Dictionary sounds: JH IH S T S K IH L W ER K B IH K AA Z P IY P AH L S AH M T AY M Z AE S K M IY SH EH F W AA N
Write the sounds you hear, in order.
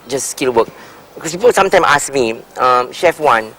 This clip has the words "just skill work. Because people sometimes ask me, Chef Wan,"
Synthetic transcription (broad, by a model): JH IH S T S K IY L W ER K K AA S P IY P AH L S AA M T AY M AA S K M IY SH EH F W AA N